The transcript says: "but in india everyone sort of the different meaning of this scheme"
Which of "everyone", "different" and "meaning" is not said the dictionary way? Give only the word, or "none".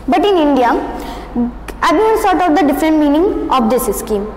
everyone